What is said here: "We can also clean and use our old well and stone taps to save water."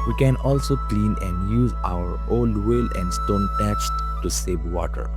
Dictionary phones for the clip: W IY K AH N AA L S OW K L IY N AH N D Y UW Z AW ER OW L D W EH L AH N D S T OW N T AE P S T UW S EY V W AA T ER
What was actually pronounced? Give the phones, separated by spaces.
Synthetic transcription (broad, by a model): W IY K AH N AA L S OW K L IY N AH N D Y UW Z AW ER OW L D W EH L AH N D S T OW N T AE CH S T UW S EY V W AA T ER